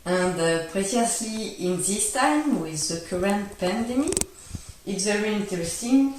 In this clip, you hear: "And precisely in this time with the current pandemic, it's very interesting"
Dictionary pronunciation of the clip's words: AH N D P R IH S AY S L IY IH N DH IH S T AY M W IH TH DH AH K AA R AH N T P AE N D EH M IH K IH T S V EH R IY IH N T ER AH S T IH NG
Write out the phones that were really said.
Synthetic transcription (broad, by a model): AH N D P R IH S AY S L IY IH N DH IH S T AY M W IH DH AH K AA R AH N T P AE N D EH M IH IH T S V EH R IY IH N T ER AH S T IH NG